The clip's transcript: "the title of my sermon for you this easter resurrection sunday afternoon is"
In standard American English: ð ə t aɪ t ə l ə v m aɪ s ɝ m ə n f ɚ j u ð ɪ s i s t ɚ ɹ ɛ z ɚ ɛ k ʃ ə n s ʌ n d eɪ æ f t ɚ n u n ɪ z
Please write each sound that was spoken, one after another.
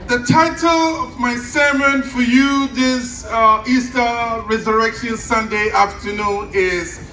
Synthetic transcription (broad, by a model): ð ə t aɪ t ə l ə v m aɪ s ɝ m ə n f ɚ j u ð ɪ s i s t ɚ ɹ ɛ z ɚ ɛ k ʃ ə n s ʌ n d eɪ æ f t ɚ n u n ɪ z